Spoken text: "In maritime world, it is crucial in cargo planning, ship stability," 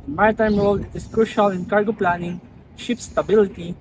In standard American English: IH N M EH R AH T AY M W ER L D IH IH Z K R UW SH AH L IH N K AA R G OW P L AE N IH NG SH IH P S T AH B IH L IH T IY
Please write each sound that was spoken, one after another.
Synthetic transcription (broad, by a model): M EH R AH T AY M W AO L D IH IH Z K R UW SH AH L IH N K AA R G OW P L AE N IH NG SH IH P S T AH B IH L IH T IY